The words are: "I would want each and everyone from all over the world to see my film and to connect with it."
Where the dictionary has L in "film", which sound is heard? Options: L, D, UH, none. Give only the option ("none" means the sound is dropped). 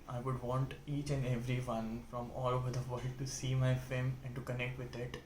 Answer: none